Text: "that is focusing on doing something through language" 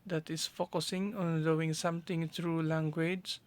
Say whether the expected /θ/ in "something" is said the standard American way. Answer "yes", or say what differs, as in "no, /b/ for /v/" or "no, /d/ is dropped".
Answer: no, /t/ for /θ/